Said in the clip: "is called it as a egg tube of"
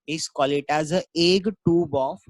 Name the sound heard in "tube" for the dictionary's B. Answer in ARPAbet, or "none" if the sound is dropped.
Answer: B